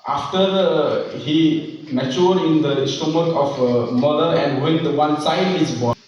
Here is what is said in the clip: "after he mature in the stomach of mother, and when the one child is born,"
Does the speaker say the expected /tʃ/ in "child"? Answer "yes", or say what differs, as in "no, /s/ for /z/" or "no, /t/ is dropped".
no, /s/ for /tʃ/